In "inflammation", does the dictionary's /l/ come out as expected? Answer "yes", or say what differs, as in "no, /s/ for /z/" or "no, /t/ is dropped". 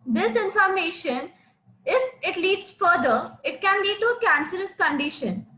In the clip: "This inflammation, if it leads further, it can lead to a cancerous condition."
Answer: no, /l/ is dropped